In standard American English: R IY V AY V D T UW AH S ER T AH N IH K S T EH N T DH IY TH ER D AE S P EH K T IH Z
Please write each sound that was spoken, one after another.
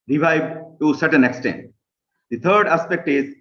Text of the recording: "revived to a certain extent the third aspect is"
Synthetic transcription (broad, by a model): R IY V AY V T UW S ER T AH N IH K S T EH N T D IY T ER D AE S P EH K T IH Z